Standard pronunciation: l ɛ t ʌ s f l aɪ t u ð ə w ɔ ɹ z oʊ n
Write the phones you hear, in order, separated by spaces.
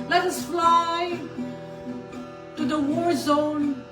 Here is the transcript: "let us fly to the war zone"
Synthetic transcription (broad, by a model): l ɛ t ʌ s f l aɪ t u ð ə w ɔ ɹ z oʊ n